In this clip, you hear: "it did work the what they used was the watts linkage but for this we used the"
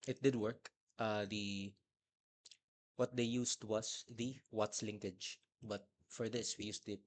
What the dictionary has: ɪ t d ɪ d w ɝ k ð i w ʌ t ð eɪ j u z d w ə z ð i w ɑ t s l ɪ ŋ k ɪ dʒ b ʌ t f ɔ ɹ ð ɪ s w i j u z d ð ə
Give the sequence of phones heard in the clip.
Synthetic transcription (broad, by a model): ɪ t d ɪ d w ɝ k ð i w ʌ t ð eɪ j u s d w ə s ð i w ɑ t s l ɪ ŋ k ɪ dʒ b ʌ t f ɔ ɹ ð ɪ s w i j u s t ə